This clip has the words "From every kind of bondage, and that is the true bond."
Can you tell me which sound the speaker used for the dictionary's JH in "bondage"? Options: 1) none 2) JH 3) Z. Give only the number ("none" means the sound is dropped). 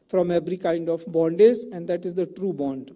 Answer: 3